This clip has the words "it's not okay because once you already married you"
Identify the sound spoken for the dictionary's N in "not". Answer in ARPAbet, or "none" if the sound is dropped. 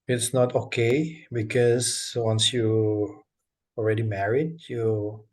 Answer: N